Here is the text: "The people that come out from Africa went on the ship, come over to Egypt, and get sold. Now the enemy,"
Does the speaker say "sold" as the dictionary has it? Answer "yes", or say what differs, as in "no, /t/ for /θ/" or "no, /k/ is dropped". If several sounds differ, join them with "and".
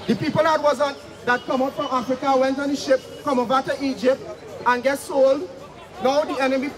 yes